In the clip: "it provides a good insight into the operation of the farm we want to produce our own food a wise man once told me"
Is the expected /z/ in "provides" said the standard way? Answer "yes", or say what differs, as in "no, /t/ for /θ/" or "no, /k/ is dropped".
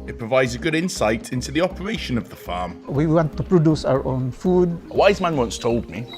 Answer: yes